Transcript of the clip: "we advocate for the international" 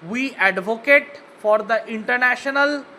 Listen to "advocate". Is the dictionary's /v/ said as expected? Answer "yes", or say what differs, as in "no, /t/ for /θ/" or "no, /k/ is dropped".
yes